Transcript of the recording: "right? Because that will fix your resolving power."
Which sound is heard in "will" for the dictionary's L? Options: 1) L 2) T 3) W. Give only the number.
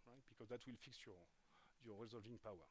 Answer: 1